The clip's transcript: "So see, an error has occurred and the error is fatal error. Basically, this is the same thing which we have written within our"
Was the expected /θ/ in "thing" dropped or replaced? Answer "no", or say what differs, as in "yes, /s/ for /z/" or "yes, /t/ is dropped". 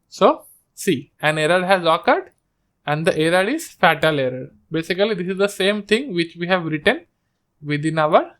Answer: yes, /t/ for /θ/